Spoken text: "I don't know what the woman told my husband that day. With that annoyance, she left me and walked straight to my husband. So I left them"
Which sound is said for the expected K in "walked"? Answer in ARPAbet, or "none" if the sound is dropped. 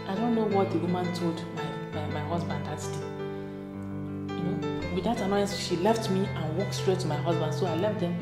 K